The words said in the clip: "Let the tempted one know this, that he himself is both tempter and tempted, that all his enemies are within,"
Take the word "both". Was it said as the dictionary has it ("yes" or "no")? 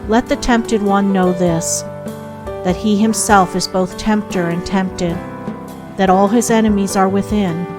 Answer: yes